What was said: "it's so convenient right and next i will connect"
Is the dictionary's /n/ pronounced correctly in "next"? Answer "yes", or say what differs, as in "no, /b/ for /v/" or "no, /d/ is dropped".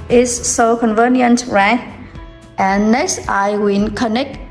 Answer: yes